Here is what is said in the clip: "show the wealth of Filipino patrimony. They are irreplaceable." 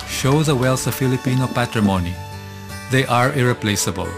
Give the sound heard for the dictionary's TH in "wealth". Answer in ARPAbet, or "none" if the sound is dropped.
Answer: S